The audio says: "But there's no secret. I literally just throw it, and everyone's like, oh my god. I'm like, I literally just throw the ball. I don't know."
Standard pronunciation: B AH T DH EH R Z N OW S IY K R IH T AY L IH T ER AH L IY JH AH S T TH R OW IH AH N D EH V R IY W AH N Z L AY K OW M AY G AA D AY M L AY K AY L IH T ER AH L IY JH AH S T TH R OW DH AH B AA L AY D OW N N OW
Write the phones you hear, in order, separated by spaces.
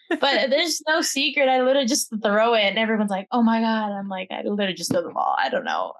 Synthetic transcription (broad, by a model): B AH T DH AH R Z N OW S IY K R IH T AY L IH T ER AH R JH AH S TH R OW IH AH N EH V R IY W AH N Z L AY K OW M AY G AA D AY M L AY K AY L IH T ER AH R JH AH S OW DH AH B AA L AY D OW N N OW